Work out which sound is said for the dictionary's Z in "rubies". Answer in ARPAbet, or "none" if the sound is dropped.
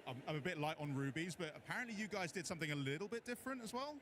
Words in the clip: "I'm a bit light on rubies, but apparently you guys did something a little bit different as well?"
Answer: Z